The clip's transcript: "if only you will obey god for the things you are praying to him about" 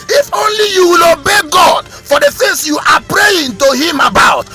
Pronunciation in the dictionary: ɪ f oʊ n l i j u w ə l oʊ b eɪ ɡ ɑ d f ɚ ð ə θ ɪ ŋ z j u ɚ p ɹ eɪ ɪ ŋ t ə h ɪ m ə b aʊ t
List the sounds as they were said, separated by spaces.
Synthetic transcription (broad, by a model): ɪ f oʊ n l i j u w ə l oʊ b eɪ ɡ ɑ d f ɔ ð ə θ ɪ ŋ s j u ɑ p ɹ eɪ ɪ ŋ t ə h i m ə b aʊ t